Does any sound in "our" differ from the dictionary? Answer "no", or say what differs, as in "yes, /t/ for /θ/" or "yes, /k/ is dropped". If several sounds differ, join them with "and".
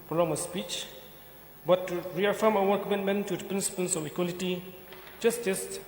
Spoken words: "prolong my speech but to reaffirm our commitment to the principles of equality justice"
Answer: yes, /w/ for /ɹ/